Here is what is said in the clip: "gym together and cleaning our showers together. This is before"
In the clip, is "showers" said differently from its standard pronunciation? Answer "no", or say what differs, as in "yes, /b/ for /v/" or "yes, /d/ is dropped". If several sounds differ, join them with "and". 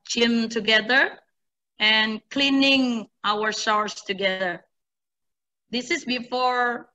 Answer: yes, /s/ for /ʃ/